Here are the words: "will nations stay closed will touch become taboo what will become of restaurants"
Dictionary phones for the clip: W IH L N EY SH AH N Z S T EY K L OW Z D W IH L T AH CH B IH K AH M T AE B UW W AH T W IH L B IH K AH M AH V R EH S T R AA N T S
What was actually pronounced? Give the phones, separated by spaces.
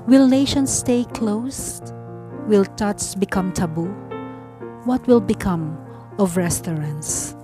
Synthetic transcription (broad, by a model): W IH L N EY SH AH N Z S T EY K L OW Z W IH L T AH S B IH K AH M T AE B UW W AH T W IH L B IH K AH M AH V R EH S T R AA N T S